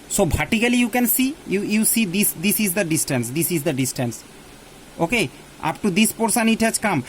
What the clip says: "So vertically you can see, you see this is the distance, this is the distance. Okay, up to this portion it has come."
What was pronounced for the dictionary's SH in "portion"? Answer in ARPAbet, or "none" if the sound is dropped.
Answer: S